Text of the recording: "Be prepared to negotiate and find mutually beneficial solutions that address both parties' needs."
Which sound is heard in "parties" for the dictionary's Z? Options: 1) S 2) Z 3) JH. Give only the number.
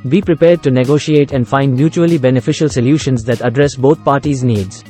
2